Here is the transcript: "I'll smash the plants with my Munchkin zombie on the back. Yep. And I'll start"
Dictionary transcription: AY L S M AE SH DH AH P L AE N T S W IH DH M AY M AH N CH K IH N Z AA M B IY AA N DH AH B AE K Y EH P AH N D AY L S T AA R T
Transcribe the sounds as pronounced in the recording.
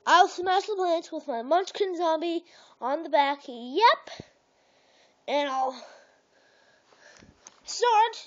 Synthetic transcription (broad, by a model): AY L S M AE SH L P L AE N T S W IH DH M AY M AH N CH K IH N Z AA M B IY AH N DH AH B AE K Y EH P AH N AY L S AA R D